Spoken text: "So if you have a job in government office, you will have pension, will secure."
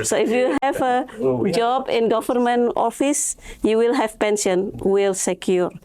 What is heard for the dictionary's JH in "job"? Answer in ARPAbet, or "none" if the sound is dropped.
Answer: JH